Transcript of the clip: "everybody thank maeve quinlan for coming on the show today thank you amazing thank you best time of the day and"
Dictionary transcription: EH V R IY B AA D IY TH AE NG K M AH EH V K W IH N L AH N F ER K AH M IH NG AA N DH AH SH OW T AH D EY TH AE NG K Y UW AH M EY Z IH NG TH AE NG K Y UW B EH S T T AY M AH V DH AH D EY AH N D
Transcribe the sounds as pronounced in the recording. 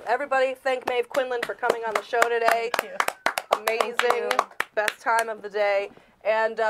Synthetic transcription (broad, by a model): EH V R IY B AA D IY TH AE NG K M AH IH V K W IH N L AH N F ER K AH M IH NG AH N DH AH SH OW T AH D EY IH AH M EY Z IH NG NG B EH S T T AY M AH V DH AH D EY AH N